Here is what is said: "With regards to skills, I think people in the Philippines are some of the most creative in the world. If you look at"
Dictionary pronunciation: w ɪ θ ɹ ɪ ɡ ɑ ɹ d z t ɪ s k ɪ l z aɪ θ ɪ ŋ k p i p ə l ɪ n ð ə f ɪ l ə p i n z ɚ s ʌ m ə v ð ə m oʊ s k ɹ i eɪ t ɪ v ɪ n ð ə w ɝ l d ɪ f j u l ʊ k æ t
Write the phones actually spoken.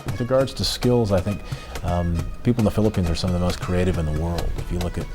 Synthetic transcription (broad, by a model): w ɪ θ ɹ ɪ ɡ ɑ ɹ d z t ɪ s k ɪ l z aɪ θ ɪ ŋ k p i p l n ð ə f ɪ l ə p i n z ɚ s ʌ m ə v ð ə m oʊ s k ɹ i eɪ t ɪ v ɪ n ð ə w ɝ l d ɪ f j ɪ l ʊ k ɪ t